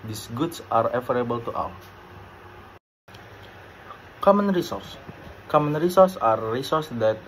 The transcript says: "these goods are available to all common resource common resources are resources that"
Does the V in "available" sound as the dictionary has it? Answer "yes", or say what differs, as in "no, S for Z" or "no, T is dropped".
no, F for V